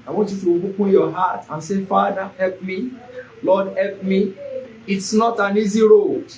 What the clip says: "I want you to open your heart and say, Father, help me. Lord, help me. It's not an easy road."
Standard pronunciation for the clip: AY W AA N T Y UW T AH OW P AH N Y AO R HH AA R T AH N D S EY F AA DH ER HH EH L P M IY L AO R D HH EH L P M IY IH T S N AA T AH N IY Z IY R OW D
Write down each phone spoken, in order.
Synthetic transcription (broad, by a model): AY W AA N T Y UW T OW B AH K Y AO HH AA T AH N S EY F AA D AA HH EH L P M IY L AO D HH EH L P M IY IH T S N AA T AH N IY Z IY R OW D